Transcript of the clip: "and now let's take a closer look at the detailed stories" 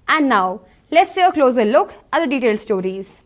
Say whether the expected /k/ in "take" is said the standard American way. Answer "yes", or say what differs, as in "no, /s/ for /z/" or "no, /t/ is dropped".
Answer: no, /k/ is dropped